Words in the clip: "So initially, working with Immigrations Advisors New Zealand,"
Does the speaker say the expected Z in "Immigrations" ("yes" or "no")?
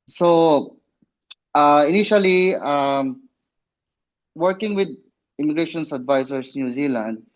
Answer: no